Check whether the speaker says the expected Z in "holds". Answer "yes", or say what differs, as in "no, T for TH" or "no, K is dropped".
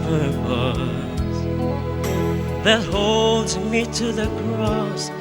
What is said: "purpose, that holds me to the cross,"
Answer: yes